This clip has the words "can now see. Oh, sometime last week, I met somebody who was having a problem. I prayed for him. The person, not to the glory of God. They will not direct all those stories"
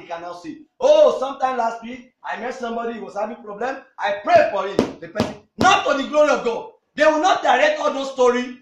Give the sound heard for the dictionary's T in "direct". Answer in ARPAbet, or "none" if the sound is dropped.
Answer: none